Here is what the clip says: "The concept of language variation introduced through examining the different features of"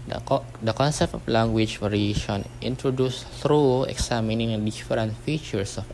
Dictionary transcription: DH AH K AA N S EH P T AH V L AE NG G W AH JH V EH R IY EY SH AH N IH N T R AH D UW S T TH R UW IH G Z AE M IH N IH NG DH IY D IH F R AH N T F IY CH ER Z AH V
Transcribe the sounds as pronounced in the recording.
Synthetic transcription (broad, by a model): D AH K AA N S EH P T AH F L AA NG G W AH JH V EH R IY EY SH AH N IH N T R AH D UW S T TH R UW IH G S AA M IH N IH NG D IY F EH R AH N T F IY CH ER S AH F